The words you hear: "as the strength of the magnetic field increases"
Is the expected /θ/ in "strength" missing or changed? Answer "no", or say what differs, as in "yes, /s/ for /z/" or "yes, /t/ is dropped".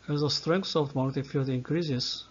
yes, /s/ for /θ/